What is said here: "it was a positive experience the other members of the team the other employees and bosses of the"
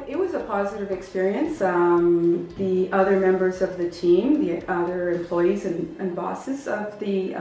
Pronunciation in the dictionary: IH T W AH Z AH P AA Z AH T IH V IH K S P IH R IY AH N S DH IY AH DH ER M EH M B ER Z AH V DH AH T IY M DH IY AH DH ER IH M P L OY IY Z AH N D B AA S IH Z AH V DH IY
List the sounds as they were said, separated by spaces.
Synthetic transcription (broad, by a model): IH T W AH Z AH P AA Z AH T IH V IH K S P IH R IY AH N S DH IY AH DH ER M EH M B ER Z AH V DH AH T IY M DH IY AH DH ER IH M P L OY IY Z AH N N B AA S IH Z AH V DH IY